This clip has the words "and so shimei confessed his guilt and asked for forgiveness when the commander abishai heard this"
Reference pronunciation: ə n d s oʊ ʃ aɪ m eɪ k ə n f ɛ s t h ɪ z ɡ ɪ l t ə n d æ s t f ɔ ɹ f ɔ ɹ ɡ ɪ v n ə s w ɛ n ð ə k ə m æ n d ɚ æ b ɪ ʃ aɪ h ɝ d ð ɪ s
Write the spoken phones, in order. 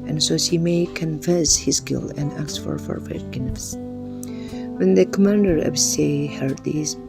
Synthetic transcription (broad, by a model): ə n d s oʊ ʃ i m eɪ k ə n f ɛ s h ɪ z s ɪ l ə n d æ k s f ɔ ɹ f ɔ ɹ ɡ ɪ n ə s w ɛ n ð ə k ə m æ n d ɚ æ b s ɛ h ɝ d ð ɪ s